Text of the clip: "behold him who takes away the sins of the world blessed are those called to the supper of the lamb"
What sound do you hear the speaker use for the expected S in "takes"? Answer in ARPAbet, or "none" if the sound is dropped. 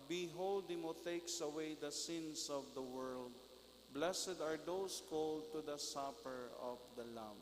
S